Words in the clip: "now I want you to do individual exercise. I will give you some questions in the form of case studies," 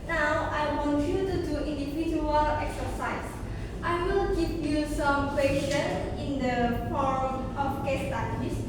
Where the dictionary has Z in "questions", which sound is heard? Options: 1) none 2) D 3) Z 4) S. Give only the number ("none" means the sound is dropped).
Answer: 1